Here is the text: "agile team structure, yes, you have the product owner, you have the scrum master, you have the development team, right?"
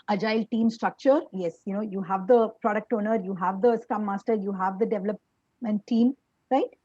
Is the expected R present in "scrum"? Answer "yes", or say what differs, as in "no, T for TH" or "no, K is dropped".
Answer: no, R is dropped